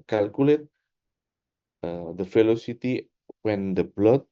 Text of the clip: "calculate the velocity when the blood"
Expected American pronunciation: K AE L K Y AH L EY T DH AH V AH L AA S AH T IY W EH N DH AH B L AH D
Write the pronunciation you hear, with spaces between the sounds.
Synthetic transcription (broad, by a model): K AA L K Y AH L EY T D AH F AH L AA S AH T IY W EH N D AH B L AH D